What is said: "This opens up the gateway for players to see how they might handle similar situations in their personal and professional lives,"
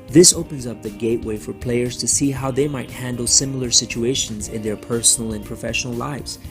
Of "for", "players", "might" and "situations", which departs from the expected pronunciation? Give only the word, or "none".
none